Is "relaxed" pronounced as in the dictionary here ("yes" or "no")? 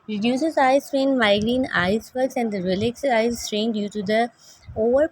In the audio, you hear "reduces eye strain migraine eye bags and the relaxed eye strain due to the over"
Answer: no